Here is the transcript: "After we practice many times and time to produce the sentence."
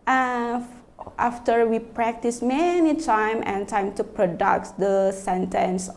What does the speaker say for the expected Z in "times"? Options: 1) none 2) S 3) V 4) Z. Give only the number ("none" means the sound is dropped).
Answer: 1